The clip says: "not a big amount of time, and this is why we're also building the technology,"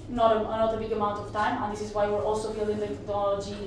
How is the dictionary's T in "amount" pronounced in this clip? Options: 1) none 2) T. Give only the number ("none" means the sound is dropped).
2